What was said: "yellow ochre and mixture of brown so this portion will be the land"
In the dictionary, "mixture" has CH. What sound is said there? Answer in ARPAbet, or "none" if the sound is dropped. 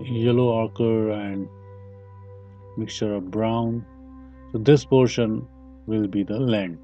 CH